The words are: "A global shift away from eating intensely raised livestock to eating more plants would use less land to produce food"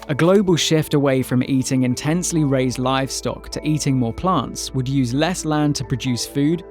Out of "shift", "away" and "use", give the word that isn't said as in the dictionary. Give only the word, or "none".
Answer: none